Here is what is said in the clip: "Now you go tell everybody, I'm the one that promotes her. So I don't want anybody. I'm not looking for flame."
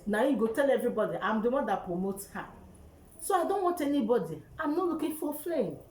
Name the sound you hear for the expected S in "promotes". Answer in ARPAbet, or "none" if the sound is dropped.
none